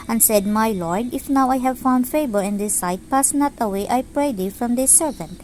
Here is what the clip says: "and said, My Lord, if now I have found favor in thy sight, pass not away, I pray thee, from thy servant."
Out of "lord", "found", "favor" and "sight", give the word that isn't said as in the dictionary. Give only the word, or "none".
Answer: favor